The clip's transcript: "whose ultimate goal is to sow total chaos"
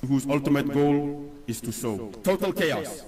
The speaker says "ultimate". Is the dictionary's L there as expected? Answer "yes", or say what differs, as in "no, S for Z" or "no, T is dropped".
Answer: yes